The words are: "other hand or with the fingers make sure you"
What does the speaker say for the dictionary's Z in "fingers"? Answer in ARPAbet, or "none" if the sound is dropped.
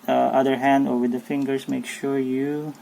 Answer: S